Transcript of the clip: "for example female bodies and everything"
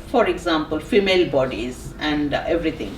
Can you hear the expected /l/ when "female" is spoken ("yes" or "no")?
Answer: yes